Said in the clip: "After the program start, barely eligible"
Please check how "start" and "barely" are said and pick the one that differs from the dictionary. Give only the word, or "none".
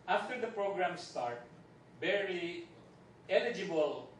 barely